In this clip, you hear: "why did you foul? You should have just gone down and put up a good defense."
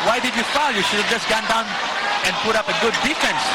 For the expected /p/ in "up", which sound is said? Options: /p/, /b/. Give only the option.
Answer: /p/